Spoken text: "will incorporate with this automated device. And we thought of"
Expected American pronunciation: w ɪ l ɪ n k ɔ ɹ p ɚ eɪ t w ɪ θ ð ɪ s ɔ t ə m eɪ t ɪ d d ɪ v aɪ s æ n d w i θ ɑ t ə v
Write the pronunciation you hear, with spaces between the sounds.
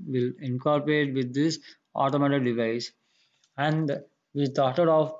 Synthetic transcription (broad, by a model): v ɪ l ɪ n k ɔ ɹ p ɚ eɪ t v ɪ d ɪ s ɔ t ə m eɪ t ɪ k d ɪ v aɪ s æ n d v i t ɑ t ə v